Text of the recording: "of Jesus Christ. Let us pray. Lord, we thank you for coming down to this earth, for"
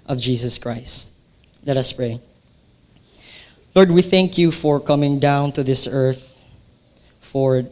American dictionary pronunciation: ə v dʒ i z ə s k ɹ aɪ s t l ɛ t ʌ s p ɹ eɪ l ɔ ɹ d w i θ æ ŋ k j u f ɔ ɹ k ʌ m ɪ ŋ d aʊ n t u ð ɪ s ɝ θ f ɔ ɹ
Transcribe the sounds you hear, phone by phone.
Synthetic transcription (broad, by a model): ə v dʒ i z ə s k ɹ aɪ s t l ɛ t ʌ s p ɹ eɪ l ɔ ɹ d w i θ æ ŋ k j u f ɔ ɹ k ʌ m ɪ ŋ d aʊ n t u ð ɪ s ɝ θ f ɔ ɹ